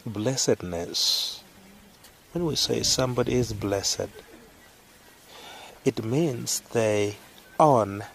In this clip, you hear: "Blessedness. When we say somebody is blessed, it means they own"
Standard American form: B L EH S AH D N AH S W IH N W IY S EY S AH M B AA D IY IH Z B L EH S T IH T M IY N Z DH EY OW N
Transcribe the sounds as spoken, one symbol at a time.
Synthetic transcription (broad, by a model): B L EH S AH D N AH S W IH N W IY S EY S AH M B AA D IY IH Z B L EH S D IH T M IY N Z DH EY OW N